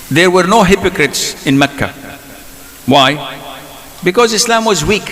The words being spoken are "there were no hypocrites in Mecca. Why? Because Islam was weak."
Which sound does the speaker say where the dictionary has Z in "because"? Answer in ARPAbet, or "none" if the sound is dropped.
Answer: Z